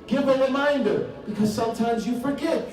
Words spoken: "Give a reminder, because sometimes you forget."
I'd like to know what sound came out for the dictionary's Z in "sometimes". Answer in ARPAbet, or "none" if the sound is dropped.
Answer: Z